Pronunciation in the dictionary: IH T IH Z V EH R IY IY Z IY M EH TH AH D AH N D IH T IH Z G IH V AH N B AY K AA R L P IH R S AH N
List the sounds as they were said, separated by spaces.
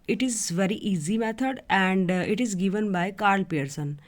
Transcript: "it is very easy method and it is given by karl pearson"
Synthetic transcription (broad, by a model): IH T IH Z V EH R IY IY Z IY M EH T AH D AH N D IH T IH Z G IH V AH N B AY K AA R L P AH R S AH N